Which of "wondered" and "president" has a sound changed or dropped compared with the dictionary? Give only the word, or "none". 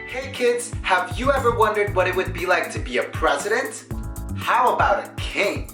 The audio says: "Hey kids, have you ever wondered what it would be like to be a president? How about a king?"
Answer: none